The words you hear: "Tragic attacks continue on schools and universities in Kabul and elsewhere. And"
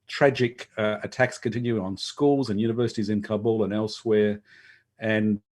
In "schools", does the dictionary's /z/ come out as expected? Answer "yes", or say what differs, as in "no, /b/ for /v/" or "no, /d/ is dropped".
yes